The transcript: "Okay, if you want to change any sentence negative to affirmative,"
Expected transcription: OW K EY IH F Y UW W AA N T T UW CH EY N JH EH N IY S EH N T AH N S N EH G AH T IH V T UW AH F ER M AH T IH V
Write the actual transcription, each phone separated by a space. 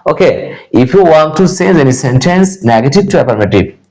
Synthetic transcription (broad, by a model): OW K EY IH F Y UW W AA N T T UW S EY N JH EH N IY S EH N T AH N S N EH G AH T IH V T UW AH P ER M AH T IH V